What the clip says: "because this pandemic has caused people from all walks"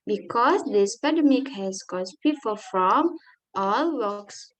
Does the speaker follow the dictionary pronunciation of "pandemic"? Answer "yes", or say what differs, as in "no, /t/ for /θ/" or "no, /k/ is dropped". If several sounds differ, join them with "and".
no, /n/ is dropped